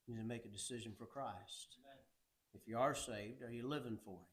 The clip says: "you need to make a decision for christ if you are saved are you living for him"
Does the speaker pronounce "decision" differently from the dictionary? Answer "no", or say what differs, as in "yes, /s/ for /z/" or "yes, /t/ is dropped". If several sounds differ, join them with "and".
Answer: no